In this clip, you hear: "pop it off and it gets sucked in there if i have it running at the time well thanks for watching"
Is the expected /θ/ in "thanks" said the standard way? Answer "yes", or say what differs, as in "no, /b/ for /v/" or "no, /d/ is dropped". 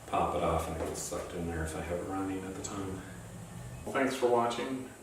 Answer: yes